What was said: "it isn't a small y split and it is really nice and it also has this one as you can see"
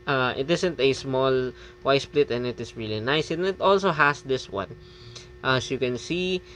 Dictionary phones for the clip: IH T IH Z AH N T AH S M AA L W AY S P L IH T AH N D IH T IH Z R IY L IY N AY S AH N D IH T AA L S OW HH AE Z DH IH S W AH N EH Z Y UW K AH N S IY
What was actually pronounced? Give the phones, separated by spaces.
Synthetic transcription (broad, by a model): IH T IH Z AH N T AH S M AA L W AY S P L IH T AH N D IH T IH S R IY L IY N AY S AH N IH T AA L S OW HH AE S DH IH S W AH N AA S Y UW K AH N S IY